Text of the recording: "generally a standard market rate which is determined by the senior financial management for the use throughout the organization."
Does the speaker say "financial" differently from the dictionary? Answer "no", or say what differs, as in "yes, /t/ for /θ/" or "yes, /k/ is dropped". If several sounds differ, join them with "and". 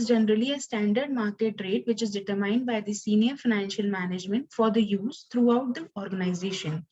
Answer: no